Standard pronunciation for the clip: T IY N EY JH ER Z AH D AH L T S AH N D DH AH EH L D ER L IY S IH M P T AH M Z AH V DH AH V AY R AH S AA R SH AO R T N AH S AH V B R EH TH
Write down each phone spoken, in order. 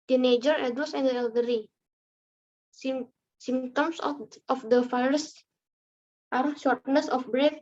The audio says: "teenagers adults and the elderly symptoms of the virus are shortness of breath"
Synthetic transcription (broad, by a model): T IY N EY JH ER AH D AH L S AH N D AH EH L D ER IY S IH M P T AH M S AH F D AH F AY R S AA R SH AO R T N AH S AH F B R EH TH